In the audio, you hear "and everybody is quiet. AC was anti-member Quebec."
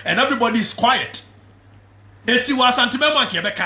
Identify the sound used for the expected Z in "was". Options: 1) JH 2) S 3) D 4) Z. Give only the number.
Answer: 2